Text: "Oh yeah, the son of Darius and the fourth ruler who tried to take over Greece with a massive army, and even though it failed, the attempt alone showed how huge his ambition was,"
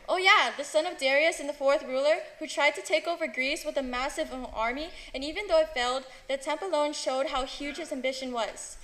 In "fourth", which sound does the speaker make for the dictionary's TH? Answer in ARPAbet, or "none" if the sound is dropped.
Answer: TH